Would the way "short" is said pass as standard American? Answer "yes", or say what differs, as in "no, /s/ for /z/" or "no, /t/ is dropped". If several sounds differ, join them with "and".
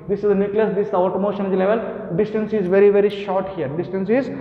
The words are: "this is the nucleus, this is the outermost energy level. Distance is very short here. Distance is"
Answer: yes